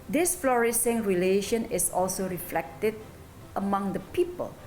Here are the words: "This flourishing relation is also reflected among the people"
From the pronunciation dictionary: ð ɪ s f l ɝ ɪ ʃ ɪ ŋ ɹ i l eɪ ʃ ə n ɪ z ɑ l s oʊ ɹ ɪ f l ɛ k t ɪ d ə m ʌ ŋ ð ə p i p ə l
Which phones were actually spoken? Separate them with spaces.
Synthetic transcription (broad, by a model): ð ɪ s f l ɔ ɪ s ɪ ŋ ɹ i l eɪ ʃ ə n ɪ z ɑ l s oʊ ɹ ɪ f l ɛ k t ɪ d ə m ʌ ŋ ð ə p i p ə l